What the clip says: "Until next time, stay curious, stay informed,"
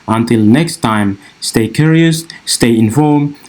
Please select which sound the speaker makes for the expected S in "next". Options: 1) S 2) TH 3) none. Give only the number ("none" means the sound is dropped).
1